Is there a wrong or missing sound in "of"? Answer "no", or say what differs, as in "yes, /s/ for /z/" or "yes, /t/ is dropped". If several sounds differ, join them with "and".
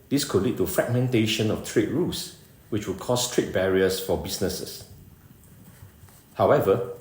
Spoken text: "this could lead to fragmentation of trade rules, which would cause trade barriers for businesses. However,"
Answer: yes, /f/ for /v/